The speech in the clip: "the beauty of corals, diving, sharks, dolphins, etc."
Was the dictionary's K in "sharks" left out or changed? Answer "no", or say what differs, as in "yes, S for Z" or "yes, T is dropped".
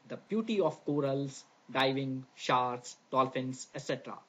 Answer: yes, K is dropped